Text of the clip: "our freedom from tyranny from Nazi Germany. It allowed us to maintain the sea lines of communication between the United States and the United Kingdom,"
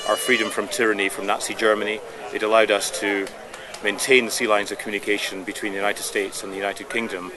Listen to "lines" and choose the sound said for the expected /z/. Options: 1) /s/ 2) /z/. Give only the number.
2